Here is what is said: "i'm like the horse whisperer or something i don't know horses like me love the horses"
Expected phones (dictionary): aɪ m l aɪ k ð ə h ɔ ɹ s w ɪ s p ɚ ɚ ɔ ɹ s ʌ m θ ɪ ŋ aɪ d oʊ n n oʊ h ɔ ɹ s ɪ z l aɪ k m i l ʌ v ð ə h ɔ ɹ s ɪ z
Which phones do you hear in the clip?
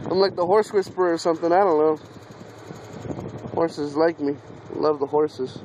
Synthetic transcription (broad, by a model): aɪ m l aɪ k ð ə h ɔ ɹ s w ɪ s p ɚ ɚ ɹ s ʌ m θ ɪ ŋ aɪ d oʊ n l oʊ h ɔ ɹ s ɪ z l aɪ k m i l ʌ v ð ə h ɔ ɹ s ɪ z